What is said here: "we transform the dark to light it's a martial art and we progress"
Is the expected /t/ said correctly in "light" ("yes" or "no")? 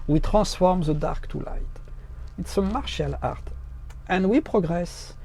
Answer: yes